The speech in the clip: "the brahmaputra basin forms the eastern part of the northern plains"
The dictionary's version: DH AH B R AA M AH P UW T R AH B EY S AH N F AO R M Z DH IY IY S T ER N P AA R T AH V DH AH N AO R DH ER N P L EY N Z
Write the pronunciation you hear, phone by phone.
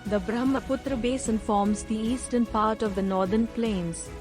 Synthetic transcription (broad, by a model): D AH B R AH M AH P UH T R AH B EY S AH N F AO R M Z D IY IY S T ER N P AA R T AH V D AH N AO R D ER N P L EY N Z